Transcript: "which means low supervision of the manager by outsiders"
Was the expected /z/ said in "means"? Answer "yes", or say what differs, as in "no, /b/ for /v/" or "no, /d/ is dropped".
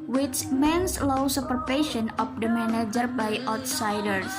no, /s/ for /z/